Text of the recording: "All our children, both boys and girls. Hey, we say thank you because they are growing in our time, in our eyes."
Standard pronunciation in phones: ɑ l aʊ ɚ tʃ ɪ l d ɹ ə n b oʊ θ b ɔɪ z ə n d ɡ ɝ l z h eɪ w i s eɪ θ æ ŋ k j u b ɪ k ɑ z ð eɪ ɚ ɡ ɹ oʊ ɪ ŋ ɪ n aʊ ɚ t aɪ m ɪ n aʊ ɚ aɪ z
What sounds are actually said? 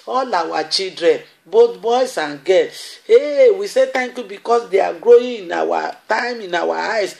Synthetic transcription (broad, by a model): ɑ l aʊ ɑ tʃ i l d ɹ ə n b oʊ t b ɔɪ s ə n ɡ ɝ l eɪ w i s eɪ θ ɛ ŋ k j u b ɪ k ɑ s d eɪ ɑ ɡ ɹ oʊ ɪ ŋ ɪ n aʊ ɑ t aɪ m ɪ n aʊ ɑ aɪ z